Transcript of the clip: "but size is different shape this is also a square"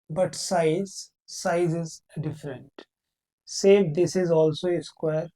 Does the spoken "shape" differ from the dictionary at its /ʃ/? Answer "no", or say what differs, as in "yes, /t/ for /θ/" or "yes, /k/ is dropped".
yes, /s/ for /ʃ/